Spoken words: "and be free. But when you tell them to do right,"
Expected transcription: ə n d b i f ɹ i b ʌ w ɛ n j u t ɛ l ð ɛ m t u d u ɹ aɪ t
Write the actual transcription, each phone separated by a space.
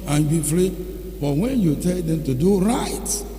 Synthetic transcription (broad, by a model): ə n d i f l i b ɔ w ɛ n j u t ɛ l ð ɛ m t u d u ɹ aɪ t